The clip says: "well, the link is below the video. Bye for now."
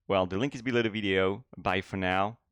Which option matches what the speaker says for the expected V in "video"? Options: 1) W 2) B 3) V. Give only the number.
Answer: 3